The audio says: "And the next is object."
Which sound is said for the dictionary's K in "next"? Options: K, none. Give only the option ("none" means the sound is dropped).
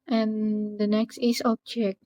K